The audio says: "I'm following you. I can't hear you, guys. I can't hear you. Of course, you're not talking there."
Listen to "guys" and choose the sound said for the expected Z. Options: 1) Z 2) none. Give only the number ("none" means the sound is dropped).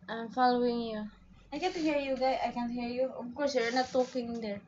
2